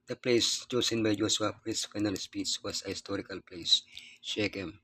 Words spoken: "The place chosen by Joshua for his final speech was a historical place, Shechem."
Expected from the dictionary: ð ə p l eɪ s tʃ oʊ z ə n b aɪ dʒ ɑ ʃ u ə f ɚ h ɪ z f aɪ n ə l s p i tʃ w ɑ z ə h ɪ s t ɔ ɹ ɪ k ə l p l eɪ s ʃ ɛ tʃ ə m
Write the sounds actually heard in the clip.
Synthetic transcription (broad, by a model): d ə p l eɪ s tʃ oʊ s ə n b aɪ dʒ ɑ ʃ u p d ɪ s f aɪ n ə l s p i s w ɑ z ə h ɪ s t ɔ ɹ ɪ k ə l p l eɪ s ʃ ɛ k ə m